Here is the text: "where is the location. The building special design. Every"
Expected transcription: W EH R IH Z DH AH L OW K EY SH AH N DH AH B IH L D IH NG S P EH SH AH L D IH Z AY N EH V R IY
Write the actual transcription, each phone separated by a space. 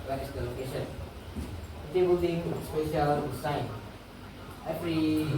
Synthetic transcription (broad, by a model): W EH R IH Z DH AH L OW K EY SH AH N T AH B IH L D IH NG S P EH SH AH L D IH S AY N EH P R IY